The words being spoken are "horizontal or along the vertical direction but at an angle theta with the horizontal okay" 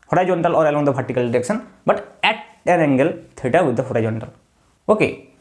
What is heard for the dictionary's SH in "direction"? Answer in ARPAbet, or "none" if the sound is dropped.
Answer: S